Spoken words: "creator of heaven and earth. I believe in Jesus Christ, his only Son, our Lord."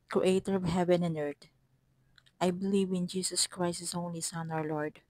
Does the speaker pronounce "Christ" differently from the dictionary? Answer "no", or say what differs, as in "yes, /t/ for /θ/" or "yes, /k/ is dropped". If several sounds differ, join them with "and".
no